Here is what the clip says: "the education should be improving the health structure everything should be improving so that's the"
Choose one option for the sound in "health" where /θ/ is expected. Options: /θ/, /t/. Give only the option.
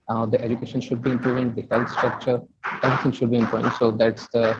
/t/